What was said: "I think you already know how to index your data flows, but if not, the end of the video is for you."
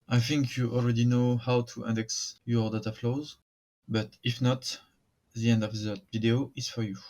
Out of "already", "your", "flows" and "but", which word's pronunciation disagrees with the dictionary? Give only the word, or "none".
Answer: none